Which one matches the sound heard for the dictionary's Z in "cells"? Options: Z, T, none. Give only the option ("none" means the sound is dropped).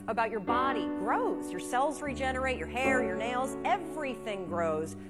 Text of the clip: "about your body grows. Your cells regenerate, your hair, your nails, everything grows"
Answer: Z